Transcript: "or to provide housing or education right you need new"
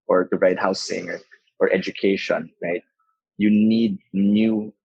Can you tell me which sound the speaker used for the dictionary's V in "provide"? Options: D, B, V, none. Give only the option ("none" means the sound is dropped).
none